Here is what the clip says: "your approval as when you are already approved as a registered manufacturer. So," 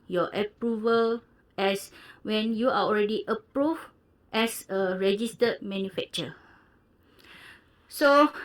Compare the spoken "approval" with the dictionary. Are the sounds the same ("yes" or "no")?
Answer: yes